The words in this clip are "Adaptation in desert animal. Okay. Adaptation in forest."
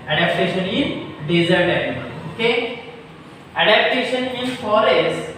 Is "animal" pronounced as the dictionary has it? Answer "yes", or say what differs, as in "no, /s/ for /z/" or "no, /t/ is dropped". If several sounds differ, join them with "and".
no, /m/ is dropped